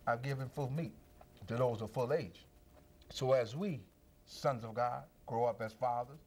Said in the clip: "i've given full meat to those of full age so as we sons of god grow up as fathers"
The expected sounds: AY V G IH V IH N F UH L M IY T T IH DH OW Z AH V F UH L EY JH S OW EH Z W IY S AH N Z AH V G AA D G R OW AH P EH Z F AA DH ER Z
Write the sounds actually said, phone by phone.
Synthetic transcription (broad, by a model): AY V G IH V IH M F UH L M IY T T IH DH OW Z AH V F UH L EY JH S OW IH Z W IY S AH N Z AH V G AA D G R OW AH P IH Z F AA DH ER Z